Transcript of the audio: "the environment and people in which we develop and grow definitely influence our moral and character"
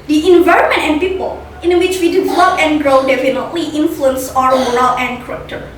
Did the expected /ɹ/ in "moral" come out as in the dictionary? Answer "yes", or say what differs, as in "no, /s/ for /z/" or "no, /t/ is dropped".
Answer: no, /ɹ/ is dropped